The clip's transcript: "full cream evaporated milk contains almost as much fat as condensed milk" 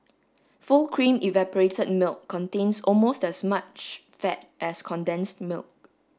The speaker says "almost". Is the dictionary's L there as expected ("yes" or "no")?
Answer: yes